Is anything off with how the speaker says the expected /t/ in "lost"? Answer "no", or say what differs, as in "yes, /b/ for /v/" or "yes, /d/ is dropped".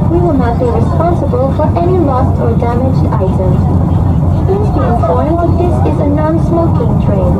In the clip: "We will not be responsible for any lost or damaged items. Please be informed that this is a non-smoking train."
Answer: no